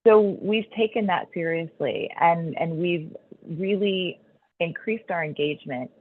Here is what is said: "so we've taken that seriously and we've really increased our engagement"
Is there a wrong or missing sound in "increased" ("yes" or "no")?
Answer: no